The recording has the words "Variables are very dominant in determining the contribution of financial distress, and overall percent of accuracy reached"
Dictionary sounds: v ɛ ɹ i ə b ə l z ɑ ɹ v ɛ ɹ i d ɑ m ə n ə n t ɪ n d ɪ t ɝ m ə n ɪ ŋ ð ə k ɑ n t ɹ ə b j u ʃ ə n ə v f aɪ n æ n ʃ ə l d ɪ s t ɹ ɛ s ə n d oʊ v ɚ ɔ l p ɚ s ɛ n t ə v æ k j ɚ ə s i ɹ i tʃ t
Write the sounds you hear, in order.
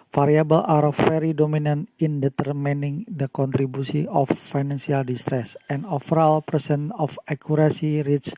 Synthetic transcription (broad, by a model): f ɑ ɹ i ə b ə l ɑ ɹ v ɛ ɹ i d ɑ m ə n ə n t ɪ n d ɪ t ɝ m ə n ɪ ŋ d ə k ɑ n t ɹ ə b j u s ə ə f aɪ n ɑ n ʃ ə l d ɪ s t ɹ ɛ s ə n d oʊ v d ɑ l p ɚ s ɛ n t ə f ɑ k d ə s i ɹ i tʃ